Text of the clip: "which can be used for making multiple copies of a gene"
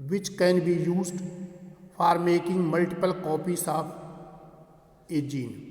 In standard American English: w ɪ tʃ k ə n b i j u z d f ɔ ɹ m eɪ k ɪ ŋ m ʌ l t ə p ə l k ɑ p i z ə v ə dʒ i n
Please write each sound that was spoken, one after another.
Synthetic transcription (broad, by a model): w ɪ tʃ k ə n b i j u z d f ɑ ɹ m eɪ k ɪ ŋ m ʌ l t ə p ə l k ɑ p i s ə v ə dʒ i n